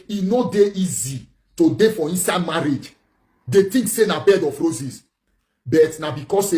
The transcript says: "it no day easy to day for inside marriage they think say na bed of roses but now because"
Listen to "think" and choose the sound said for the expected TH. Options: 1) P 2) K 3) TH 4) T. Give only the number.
4